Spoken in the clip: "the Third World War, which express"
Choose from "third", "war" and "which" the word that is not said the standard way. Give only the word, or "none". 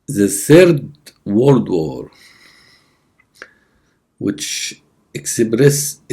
none